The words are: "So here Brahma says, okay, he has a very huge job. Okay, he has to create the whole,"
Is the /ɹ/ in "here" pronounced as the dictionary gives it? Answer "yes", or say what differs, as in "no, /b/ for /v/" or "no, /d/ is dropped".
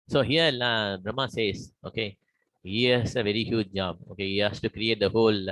no, /l/ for /ɹ/